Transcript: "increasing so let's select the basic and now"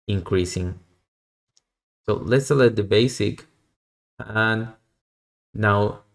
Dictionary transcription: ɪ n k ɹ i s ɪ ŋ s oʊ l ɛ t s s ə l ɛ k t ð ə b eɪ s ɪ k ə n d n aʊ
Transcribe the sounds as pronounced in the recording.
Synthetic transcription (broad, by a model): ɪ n k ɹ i s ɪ ŋ s oʊ l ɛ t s s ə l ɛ t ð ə b eɪ s ɪ k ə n n aʊ